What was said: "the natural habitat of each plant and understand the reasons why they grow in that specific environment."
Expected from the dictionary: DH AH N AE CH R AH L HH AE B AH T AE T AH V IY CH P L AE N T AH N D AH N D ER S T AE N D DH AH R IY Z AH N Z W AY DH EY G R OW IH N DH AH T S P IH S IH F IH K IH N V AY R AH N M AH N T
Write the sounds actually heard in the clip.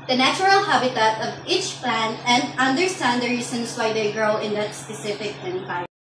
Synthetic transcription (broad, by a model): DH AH N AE CH R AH L HH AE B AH T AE T AH V IY CH P L AE N T AH N D AH N D ER S T AE N D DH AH R IY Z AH N S W AY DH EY G R OW IH N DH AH T S P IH S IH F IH K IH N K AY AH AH